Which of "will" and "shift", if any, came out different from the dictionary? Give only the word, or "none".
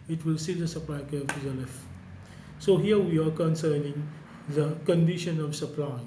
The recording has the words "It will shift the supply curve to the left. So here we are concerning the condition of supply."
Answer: shift